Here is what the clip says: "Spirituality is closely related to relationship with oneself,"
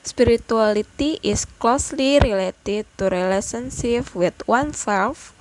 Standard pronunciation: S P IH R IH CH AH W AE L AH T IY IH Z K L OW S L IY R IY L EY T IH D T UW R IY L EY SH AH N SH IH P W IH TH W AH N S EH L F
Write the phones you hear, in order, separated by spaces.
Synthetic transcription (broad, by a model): S P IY R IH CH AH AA L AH T IY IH S K L OW S L IY R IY L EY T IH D T UW R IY L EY S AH N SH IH F W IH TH W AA N S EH L F